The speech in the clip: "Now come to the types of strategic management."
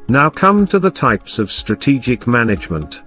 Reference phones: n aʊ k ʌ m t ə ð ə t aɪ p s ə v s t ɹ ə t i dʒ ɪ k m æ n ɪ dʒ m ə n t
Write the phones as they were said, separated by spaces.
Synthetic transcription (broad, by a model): n aʊ k ʌ m t ə ð ə t aɪ p s ə v s t ɹ ə t i dʒ ɪ k m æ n ɪ dʒ m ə n t